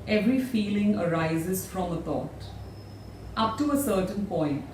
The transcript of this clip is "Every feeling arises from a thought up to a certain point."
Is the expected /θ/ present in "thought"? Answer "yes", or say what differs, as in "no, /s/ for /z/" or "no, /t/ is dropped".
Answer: no, /t/ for /θ/